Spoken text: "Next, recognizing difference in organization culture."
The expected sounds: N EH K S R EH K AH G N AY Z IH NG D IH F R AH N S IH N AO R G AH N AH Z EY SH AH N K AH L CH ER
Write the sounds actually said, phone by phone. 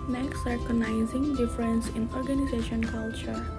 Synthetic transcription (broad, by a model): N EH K S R K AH N AY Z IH NG D IH F R AH N S IH N AO R G AH N AH Z EY SH AH N K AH L CH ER